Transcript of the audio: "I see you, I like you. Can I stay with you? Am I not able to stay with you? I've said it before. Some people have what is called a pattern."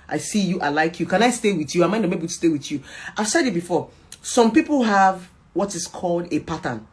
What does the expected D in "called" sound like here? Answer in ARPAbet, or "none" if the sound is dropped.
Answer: D